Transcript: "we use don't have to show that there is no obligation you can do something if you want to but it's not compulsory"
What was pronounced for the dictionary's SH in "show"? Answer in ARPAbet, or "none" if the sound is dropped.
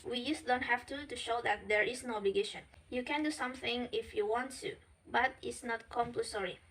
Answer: SH